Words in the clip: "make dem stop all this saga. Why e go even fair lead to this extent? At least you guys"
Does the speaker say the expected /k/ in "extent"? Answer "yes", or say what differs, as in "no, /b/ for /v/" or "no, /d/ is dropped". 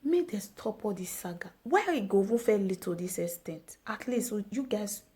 no, /k/ is dropped